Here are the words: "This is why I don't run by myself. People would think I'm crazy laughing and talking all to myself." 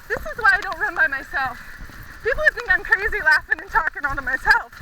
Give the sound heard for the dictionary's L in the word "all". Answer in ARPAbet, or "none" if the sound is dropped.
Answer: N